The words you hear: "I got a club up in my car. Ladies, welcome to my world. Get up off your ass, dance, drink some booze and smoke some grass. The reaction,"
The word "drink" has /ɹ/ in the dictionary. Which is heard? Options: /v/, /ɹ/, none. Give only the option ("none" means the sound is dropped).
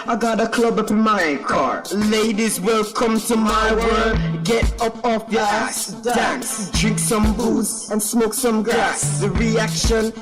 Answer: /ɹ/